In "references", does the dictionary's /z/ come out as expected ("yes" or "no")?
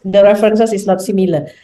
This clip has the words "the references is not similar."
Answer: no